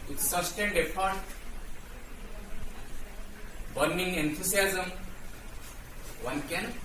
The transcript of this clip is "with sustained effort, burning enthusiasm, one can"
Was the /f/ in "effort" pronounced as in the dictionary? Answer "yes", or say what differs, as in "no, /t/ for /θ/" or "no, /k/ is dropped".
no, /p/ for /f/